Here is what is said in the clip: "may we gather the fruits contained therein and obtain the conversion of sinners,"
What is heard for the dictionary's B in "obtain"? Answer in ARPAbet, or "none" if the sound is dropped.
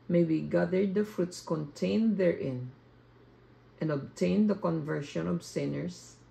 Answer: B